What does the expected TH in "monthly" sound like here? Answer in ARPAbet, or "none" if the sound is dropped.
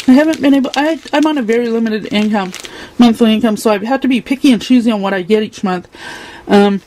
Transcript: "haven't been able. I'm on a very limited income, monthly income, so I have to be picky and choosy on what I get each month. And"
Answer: TH